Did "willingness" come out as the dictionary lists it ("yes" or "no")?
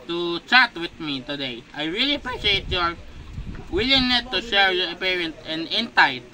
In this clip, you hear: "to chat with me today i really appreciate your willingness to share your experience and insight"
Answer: no